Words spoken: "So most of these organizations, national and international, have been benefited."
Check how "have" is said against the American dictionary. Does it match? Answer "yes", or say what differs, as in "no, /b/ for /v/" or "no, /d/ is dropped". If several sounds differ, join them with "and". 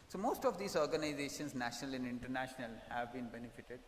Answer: yes